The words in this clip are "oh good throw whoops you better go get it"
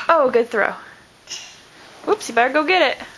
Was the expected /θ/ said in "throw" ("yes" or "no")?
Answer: yes